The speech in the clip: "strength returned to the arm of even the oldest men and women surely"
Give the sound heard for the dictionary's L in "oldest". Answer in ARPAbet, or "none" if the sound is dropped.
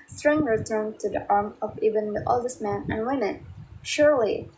L